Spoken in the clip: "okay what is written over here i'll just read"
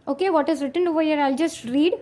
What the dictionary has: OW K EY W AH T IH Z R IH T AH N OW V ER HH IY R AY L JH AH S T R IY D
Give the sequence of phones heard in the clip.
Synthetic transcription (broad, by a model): OW K EY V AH T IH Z R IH T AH N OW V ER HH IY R AY L JH AH S T R IY D